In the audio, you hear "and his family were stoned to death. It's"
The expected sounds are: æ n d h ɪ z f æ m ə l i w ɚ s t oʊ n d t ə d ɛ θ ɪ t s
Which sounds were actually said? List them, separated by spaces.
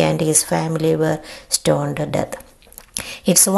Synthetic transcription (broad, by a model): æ n d h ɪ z f æ m ə l i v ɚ s t oʊ n d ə d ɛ t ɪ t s